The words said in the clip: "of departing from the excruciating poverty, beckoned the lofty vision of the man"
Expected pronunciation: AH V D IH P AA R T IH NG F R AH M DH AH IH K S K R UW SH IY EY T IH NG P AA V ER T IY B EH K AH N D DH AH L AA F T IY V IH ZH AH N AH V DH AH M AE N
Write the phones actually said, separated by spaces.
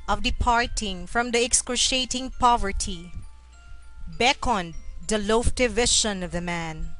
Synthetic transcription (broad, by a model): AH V D IH P AA R T IH NG F R AH M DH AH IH K S K UW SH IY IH T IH NG P AA V ER T IY B EH K AH N D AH L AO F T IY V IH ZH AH N AH V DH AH M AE N